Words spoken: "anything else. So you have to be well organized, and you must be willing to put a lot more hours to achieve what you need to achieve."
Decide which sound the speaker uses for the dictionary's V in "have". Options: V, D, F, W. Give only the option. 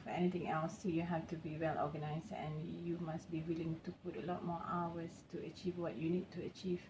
F